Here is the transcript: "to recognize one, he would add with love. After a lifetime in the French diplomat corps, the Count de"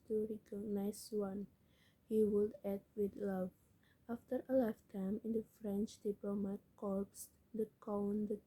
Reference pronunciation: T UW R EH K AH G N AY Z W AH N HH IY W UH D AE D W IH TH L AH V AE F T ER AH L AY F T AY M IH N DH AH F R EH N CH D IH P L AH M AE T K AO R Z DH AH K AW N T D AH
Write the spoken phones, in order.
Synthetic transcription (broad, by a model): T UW R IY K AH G N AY S W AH N HH IY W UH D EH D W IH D L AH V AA F T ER AH L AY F T AY M IH N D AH F R EH N CH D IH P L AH M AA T K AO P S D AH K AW N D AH